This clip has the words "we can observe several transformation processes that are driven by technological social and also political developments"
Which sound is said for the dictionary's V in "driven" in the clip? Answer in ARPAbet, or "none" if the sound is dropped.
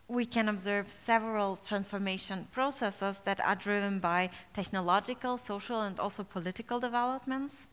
V